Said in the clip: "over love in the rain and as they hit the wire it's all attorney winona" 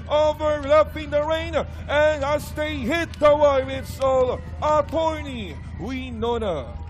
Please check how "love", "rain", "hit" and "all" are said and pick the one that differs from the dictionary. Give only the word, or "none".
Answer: love